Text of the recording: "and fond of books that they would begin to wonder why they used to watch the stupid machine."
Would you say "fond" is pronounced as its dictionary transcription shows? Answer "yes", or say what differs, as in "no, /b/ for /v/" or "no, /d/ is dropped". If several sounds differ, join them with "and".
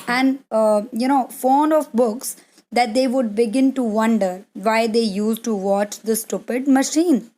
no, /d/ is dropped